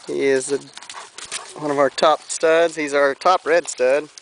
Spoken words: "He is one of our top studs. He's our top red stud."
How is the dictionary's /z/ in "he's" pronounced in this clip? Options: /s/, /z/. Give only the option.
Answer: /z/